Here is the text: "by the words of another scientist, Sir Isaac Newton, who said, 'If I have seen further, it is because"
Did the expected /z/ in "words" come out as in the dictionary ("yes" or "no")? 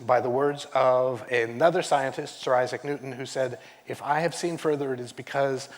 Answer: yes